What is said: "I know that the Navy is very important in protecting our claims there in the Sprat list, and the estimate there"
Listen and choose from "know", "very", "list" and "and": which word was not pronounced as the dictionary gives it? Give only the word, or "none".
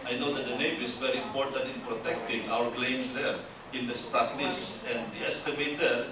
list